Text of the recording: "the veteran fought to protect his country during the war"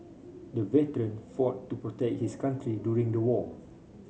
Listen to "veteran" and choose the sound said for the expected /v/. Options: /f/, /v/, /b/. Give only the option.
/v/